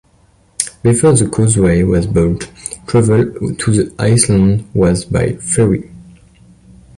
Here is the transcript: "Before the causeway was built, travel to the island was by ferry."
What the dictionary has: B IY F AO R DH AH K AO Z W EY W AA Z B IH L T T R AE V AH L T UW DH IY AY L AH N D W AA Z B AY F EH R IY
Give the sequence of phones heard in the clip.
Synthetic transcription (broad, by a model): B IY F AO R DH AH K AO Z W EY W AA Z B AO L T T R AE V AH L T UW DH IY AY L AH N D W AA Z B AY F EH R IY